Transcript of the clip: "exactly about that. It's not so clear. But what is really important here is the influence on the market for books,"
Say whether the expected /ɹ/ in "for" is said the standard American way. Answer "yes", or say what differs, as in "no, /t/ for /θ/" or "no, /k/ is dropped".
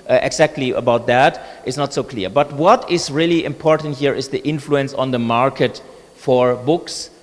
yes